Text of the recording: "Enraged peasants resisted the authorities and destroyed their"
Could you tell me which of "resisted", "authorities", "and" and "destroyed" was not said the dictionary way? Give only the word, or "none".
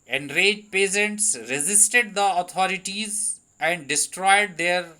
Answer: authorities